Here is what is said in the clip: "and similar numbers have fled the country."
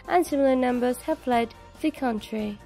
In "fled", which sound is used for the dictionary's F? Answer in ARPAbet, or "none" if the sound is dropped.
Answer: P